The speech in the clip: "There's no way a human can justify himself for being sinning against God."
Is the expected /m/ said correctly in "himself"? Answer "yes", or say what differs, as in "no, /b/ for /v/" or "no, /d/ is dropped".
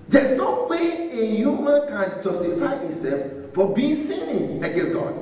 no, /m/ is dropped